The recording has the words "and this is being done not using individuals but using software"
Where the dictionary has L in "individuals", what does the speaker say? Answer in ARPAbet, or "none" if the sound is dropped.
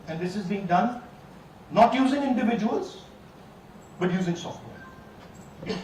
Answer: L